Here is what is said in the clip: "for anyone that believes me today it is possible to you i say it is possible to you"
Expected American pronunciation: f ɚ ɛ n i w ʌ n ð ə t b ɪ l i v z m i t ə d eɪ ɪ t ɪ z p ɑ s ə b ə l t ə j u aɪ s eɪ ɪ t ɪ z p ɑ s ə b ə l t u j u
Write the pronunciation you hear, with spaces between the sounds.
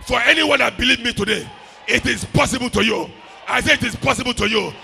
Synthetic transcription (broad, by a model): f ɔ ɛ n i w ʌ n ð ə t b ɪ l i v m i t ə d eɪ ɪ t ɪ z p ɑ s ə b ə l t ə j u aɪ s eɪ ɪ t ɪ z p ɑ s ə b ə l t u j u